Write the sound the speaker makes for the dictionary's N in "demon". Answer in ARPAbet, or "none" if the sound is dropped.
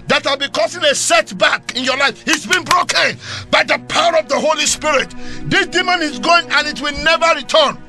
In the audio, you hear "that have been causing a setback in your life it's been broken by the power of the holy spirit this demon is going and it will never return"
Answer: N